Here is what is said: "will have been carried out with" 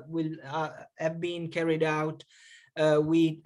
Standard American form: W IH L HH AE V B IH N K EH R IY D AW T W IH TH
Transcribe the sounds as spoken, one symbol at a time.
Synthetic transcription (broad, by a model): W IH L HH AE V B IH N K EH R IY D AW T W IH